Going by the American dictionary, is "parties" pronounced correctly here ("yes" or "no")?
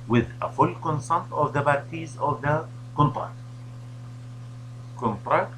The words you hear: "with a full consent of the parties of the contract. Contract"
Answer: no